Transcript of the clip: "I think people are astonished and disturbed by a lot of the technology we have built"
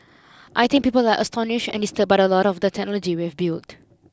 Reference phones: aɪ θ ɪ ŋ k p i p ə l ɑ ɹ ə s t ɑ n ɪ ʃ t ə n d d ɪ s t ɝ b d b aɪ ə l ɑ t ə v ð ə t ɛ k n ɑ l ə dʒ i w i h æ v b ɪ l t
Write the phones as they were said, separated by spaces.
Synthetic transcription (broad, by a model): aɪ t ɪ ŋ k p i p ə l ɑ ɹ ə s t ɑ n ɪ ʃ t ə n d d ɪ s t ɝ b b aɪ ə l ɑ t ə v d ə t ɛ k n ɑ l ə dʒ i w i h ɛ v b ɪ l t